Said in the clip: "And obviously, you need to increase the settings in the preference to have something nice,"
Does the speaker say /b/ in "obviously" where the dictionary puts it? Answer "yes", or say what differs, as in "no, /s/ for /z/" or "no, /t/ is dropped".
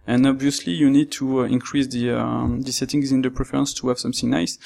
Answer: yes